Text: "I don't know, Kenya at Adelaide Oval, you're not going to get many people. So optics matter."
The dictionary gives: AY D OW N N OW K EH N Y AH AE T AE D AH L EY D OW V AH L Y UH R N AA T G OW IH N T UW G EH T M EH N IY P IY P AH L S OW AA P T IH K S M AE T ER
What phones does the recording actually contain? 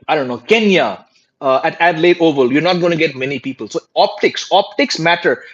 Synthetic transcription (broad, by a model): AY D OW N N OW K EH N Y AH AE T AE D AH L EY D OW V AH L Y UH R N AA T G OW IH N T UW G EH T M EH N IY P IY P AH L S OW AA P T IH K S M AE T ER